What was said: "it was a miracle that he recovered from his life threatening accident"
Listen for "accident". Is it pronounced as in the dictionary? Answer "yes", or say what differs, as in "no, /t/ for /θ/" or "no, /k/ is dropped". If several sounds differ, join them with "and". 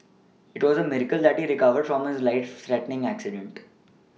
yes